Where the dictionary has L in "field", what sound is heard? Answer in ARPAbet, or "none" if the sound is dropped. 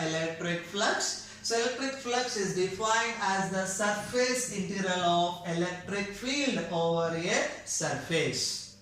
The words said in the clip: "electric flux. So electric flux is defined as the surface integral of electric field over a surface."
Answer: L